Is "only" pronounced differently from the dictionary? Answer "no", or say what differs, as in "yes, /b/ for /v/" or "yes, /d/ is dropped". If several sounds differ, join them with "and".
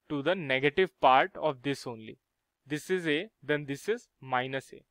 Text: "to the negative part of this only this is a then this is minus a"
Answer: no